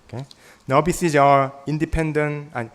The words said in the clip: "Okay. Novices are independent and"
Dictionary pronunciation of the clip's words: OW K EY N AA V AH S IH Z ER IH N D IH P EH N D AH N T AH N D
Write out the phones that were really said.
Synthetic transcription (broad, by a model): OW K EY N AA B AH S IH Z ER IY N D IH P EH N D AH N AH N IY